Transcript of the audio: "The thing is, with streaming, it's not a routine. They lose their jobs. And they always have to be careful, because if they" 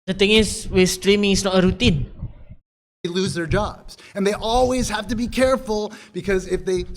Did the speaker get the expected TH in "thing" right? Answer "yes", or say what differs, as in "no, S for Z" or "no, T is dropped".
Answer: no, T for TH